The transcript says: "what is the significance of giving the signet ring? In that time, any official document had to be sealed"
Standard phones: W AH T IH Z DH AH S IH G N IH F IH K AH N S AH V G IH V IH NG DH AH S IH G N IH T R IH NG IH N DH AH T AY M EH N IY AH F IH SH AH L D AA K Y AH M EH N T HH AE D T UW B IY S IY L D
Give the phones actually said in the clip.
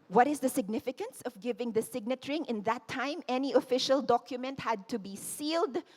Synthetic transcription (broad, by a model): W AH T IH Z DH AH S IH G N IH F IH K AH N S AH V G IH V IH NG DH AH S IH G N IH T R IH NG IH N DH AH T AY M EH N IY AH F IH SH AH L D AA K Y AH M EH N T HH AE D T UW B IY S IY L D